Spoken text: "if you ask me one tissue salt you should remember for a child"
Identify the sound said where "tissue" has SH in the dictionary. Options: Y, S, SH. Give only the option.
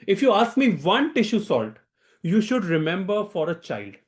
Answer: SH